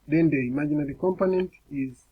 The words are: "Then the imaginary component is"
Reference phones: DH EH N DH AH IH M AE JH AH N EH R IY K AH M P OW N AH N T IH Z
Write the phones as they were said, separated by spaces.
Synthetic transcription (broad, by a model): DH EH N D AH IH M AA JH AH N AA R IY K AH M P OW N AH N T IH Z